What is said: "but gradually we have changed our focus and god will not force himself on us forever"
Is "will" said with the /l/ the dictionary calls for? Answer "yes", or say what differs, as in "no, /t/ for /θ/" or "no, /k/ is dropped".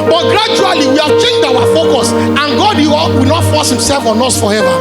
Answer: no, /w/ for /l/